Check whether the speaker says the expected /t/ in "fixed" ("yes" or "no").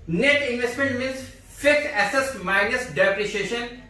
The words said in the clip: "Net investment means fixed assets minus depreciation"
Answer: no